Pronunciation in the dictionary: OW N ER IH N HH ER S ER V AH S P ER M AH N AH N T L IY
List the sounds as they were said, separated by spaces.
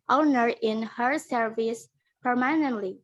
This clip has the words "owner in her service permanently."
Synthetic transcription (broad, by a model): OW N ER IH N HH ER S ER V AH S P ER M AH N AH N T L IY